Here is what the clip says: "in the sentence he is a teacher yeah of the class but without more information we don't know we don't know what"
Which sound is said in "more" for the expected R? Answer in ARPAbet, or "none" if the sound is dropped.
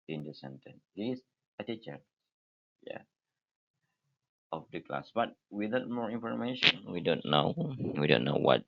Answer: R